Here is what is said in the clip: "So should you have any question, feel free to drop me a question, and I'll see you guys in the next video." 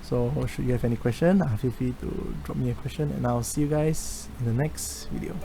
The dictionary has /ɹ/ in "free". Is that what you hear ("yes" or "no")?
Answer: no